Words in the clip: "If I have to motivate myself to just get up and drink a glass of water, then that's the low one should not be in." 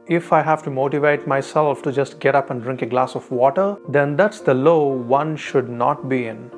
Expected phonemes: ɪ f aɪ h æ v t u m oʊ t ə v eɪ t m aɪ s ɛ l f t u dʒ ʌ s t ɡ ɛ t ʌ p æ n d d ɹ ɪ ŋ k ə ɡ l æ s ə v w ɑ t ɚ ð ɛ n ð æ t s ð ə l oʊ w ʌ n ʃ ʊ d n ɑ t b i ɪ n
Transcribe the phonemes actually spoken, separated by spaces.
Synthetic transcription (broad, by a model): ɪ f aɪ h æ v t u m oʊ t ə v eɪ t m aɪ s ɛ l f t u dʒ ʌ s t ɡ ɛ t ʌ p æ n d d ɹ ɪ ŋ k ə ɡ l æ s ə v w ɑ t ɚ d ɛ n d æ t s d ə l oʊ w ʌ n ʃ ʊ d n ɑ t b i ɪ n